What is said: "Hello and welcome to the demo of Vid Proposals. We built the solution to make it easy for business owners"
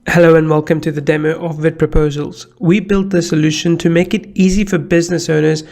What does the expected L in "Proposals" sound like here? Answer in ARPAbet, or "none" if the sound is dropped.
L